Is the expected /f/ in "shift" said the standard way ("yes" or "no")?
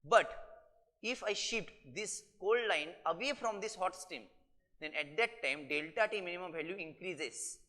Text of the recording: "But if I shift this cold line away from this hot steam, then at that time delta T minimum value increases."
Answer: no